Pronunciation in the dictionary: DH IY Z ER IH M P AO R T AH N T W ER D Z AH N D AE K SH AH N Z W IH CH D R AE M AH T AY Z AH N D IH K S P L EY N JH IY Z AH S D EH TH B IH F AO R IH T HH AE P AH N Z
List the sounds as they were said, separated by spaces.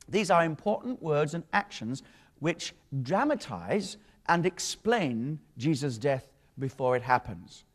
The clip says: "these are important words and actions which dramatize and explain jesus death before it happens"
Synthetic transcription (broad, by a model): DH IY Z ER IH M P AO R T N T W ER D Z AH N AE K SH AH N Z W IH CH D R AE M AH T AY Z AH N IH K S P L EY N JH IY Z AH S D EH TH B IH F AO R IH T HH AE P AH N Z